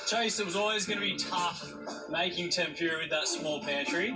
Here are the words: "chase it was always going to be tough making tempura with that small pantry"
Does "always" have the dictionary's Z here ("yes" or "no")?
yes